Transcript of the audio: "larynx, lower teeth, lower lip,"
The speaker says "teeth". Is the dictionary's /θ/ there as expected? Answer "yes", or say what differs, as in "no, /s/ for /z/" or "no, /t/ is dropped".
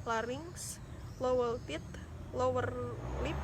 no, /t/ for /θ/